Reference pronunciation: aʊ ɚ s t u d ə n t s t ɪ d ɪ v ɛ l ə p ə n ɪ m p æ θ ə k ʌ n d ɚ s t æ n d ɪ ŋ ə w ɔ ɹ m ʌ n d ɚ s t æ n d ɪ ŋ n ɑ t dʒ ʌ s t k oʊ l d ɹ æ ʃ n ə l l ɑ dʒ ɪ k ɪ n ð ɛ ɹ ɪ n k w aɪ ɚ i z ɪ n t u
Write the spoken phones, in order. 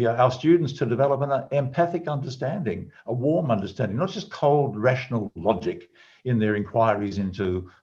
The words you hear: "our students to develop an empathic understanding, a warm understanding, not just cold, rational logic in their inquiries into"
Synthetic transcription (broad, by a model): aʊ ɚ s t u d n t s t ɪ d ɪ v ɛ l ə p ə n ɪ m p æ θ ə k ʌ n d ɚ s t æ n d ɪ ŋ ə w ɔ ɹ m ʌ n d ɚ s t æ n d ɪ ŋ n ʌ t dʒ ʌ s k oʊ l d ɹ æ ʃ n l l ɑ dʒ ɪ k ɪ n ð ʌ ɹ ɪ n k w aɪ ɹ i z ɪ n t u